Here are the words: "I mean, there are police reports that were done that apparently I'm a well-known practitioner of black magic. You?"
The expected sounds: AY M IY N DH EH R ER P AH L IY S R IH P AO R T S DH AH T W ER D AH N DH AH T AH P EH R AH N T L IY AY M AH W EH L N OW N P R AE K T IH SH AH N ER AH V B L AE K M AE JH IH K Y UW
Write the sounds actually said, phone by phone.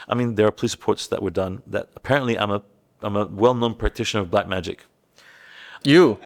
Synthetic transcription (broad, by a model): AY M IY N DH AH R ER P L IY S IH P AO R T S DH AH T W ER D AH N DH AH T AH P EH R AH N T L IY AY M AH W EH L N OW N P R AE K T IH SH AH N ER AH V B L AE K M AE JH IH K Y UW